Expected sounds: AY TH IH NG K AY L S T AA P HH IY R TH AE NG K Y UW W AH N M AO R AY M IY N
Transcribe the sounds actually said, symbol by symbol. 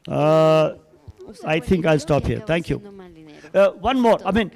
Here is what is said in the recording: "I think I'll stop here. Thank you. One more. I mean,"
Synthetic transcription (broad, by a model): AY T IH NG K AY L S T AA P HH IY R T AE NG K Y UW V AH N M AO R AY M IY N